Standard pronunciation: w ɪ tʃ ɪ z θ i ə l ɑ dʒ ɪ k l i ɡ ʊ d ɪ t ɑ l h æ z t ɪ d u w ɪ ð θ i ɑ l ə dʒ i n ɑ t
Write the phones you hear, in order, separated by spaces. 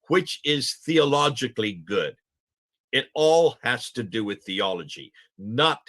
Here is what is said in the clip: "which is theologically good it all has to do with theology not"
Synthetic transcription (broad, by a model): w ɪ tʃ ɪ z θ i ə l ɑ dʒ ɪ k l i ɡ ʊ d ɪ t ɑ l h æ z t ɪ d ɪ w ɪ ð θ i ɑ l ə dʒ i n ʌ t